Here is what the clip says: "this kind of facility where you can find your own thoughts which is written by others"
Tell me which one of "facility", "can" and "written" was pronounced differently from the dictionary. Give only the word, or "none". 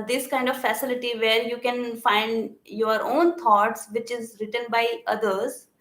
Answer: none